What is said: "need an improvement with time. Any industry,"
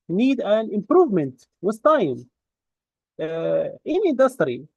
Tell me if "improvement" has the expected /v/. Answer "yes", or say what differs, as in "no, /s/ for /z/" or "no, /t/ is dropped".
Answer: yes